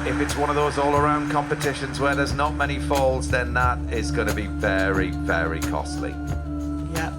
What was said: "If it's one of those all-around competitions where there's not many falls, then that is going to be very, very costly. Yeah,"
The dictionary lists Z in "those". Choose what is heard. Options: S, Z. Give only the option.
Z